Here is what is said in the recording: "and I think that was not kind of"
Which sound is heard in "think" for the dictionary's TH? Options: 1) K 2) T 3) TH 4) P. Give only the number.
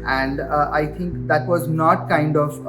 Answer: 2